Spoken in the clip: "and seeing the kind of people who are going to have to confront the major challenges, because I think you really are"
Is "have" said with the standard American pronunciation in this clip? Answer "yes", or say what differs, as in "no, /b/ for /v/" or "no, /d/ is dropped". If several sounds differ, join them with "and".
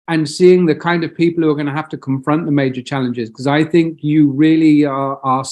no, /f/ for /v/